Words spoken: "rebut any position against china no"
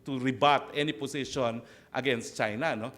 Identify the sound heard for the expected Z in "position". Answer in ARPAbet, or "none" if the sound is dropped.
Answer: S